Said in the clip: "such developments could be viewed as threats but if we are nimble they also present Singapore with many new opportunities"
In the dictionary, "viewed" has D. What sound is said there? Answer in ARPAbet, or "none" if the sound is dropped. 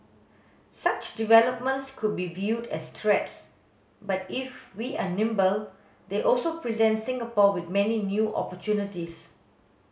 D